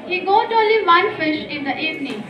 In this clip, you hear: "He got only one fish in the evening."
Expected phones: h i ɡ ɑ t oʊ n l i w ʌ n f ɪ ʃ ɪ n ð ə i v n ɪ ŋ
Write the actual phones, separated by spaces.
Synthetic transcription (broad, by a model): h i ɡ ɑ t oʊ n l i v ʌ n f ɪ ʃ ɪ n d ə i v n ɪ